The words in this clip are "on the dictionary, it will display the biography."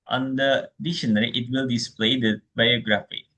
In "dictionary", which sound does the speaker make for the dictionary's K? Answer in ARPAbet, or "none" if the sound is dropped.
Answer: none